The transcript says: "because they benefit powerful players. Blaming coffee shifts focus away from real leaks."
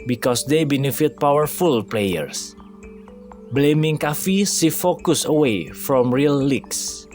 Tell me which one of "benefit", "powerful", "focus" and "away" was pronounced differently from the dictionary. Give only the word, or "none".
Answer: none